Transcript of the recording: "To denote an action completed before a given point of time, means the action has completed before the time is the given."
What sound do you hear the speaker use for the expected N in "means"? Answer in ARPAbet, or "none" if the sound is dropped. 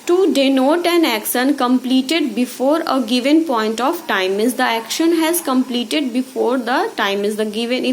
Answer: none